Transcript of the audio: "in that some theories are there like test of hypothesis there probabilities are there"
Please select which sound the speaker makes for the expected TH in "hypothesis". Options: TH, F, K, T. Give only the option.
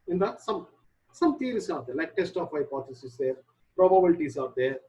T